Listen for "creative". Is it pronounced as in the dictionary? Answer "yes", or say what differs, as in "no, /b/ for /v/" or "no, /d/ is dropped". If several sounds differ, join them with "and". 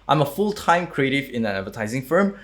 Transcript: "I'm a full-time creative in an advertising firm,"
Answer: yes